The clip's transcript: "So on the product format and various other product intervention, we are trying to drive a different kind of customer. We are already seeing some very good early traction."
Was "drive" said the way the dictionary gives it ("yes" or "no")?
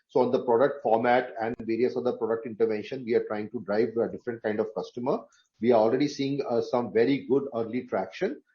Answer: yes